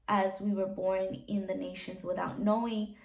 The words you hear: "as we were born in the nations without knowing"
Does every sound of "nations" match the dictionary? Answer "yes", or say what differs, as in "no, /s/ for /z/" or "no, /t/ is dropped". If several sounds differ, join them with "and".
yes